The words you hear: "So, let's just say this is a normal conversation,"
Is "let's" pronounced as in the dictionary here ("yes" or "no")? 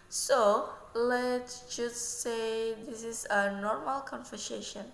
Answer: no